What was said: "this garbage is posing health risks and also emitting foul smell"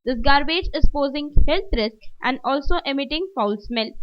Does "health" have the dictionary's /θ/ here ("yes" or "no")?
no